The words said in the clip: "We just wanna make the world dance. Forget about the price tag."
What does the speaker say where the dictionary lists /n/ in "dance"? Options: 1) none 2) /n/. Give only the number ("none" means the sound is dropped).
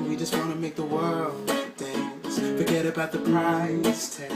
2